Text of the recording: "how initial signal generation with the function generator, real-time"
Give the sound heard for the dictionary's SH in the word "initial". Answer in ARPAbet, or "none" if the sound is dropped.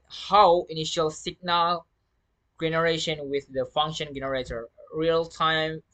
SH